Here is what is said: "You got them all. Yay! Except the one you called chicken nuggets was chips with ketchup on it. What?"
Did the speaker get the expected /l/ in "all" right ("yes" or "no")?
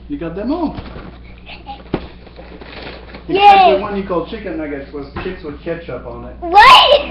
no